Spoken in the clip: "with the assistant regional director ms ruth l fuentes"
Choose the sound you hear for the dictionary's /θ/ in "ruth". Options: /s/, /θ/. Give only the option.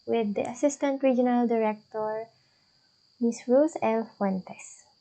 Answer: /s/